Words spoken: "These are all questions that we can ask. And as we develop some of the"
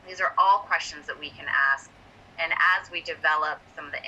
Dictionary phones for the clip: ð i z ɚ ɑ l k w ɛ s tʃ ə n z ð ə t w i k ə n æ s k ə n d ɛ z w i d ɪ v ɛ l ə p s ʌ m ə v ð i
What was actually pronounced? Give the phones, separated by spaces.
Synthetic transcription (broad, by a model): ð i z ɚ ɑ l k w ɛ s tʃ ə n z ð ə t w i k ə n æ s k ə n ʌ z w i d ɪ v ɛ l ə p s ʌ m ə v ð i